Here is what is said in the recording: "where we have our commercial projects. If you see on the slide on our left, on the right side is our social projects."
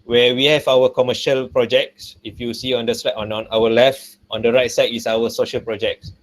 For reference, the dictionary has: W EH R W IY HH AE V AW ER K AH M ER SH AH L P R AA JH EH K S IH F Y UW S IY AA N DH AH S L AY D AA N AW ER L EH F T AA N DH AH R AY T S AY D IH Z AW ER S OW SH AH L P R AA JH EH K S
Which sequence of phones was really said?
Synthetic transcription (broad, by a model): W EH W IY HH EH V AW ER K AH M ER SH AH L P R AA JH EH K S IH F Y UW S IY AA N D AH S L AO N AA N AW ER L EH F T AA N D AH R AY T S AY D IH S AW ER S OW SH AH L P R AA JH EH K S